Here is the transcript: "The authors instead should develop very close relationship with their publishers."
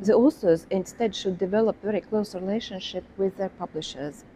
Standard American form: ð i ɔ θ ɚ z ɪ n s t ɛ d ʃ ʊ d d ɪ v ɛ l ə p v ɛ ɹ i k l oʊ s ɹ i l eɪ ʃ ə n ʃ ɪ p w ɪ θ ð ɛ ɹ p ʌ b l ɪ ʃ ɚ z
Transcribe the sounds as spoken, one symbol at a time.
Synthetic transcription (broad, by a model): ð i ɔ s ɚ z ɪ n s t ɛ d ʃ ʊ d d ɪ v ɛ l ə p v ɛ ɹ i k l oʊ s ɹ i l eɪ ʃ ə n ʃ ɪ p w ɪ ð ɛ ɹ p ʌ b l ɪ ʃ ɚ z